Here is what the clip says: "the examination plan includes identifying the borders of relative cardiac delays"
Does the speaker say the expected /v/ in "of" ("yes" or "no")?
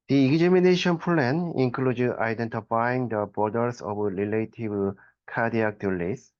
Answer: no